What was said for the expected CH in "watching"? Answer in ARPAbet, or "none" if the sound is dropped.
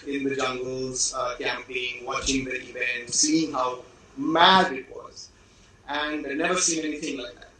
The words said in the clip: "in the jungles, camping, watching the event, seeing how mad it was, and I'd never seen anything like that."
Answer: CH